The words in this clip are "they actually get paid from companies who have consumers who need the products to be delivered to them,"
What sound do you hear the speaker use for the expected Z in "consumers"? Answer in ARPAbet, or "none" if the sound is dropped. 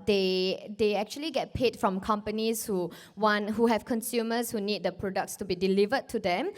S